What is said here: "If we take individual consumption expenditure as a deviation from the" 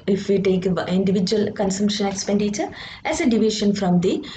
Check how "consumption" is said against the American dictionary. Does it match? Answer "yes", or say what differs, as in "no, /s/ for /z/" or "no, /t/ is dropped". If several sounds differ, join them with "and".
yes